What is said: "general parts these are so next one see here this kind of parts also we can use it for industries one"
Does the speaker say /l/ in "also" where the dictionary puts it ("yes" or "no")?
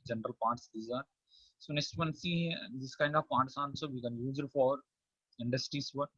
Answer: no